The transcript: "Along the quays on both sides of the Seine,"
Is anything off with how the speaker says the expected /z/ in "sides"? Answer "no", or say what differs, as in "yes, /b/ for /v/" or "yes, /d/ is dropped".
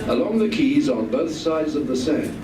no